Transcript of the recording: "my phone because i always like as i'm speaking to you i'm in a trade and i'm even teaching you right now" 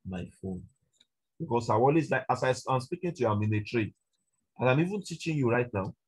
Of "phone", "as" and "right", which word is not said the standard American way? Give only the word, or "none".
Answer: as